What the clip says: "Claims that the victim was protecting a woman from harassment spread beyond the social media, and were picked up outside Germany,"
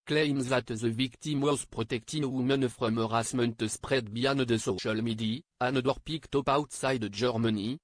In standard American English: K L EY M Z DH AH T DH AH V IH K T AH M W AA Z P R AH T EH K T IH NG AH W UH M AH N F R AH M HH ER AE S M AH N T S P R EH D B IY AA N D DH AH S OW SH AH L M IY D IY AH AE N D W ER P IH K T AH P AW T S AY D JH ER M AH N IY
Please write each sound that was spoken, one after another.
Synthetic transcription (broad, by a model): K L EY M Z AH T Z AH V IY K T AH M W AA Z P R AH T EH K T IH AH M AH N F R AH M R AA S M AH N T S P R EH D B IY AA N D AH S OW SH AH L M IY D IY AH N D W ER P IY K T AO P AW T S AY D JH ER M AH N IY